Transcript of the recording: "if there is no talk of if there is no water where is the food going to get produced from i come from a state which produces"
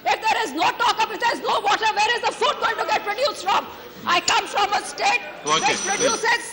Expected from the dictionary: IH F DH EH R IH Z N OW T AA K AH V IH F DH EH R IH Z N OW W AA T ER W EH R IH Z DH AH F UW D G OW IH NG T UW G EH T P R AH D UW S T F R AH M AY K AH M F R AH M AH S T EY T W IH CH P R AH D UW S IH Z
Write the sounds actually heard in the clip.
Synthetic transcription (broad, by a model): IH F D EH R IH Z N OW T AA K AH P IH F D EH R IH Z N OW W AA T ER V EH R IH Z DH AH F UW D G OW IH NG T UW G EH T P R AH D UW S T F R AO M AY K AH M F R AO M AH S T EY T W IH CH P R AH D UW S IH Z